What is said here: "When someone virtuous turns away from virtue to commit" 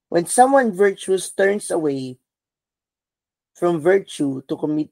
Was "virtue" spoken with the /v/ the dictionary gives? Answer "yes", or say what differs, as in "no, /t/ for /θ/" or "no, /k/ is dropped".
yes